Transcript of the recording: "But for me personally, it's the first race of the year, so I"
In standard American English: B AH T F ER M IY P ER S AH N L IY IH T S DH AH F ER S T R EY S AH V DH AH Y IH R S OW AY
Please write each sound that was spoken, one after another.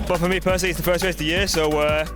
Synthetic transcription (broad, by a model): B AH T F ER M IY P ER S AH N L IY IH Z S DH AH F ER S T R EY AH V DH AH Y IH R S OW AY